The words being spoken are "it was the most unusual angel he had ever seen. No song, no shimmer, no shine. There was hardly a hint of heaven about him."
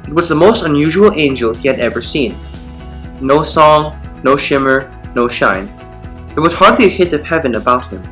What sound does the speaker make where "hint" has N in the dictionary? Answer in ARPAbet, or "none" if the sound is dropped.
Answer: none